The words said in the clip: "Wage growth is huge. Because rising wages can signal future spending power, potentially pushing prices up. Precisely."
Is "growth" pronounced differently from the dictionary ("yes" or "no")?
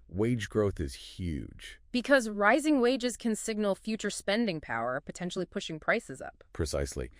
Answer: no